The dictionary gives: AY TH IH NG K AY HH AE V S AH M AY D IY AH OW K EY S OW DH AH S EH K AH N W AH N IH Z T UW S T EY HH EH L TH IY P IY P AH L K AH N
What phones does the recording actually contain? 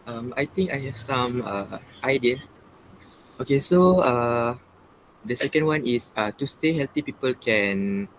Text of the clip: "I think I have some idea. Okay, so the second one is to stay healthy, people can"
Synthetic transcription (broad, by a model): AY T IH NG K AY HH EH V S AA M AY D IY AH OW K EY S OW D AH S EH K AH N W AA N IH S T UW S T EY HH EH L T IY P IY P AH L K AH N